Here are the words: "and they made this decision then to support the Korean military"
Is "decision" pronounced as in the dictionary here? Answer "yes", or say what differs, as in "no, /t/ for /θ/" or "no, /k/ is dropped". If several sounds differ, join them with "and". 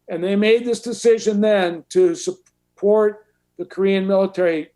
yes